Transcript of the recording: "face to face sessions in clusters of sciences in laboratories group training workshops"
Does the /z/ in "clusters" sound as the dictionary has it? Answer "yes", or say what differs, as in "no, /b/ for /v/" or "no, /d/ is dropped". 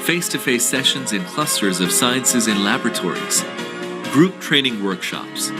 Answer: yes